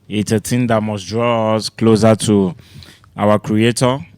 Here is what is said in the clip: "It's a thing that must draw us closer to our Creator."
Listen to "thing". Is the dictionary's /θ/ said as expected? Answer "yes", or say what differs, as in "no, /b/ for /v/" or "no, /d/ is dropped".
no, /t/ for /θ/